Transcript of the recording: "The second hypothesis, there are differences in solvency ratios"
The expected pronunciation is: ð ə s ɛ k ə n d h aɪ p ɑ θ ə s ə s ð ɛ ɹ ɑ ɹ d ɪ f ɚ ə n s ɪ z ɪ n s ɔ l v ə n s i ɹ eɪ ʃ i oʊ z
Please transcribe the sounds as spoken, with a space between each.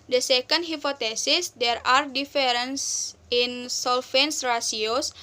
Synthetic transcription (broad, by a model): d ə s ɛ k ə n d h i p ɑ t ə s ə s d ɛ ɹ ɑ ɹ d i f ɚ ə n s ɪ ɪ n s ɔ l f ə n s ɹ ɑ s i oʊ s